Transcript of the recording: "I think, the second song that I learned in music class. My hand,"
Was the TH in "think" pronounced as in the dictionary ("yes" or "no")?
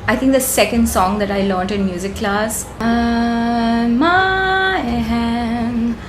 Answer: no